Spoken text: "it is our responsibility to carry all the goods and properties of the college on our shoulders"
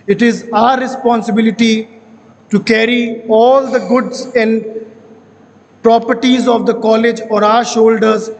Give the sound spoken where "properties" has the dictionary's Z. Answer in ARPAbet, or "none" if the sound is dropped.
Z